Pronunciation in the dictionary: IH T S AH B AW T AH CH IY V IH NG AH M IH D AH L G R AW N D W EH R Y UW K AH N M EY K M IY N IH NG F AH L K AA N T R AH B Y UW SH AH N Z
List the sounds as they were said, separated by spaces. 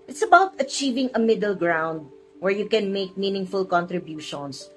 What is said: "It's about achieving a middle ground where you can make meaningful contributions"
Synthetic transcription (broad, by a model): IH T S AH B AW T AH CH IY V IH NG AH M IH D AH L G R AW N D W EH R Y UW K AH N M EY K M IY N IH NG F AH L K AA N T R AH B Y UW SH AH N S